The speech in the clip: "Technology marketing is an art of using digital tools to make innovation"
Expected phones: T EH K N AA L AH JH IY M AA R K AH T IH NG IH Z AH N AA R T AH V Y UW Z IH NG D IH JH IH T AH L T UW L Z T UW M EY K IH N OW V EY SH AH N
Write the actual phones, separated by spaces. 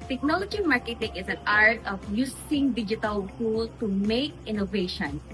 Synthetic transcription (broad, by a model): T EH K N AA L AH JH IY M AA R K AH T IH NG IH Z AH N AA R T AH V Y UW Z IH NG D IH JH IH T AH L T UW L T UW M EY K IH N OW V EY SH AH N